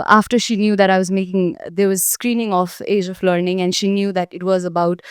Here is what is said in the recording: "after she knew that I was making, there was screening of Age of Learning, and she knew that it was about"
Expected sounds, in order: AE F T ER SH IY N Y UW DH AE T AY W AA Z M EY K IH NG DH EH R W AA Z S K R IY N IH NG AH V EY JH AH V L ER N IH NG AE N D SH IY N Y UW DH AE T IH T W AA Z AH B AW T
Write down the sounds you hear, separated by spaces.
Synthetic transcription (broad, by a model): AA F T ER SH IY N Y UW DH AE T AY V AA Z M EY K IH NG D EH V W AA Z S K R IY N IH NG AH F EY JH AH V L ER N IH NG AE N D SH IY N Y UW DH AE T IH T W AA Z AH B AW T